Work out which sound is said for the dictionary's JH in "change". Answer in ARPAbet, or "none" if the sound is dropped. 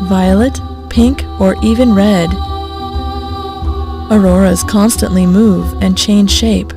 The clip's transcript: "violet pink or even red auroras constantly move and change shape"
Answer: ZH